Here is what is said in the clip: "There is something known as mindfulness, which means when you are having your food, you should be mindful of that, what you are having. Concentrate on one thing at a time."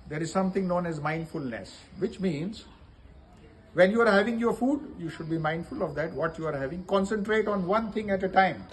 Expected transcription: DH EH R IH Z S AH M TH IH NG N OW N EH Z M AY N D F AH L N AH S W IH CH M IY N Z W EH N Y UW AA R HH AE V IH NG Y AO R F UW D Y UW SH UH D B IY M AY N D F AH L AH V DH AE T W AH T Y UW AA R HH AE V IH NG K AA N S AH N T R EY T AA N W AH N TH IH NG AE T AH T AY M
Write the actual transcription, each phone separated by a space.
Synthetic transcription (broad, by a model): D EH R IH Z S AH M T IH NG N OW N EH Z M AY N D F AH L N AH S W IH CH M IY N Z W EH N Y UW AA R HH AE V IH NG Y AO R F UW D Y UW SH UH D B IY M AY N D F AH L AH V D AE T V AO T Y UW AA R HH AE V IH NG K AA N S AH N T R EY T AA N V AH N T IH NG AE T AH T AY M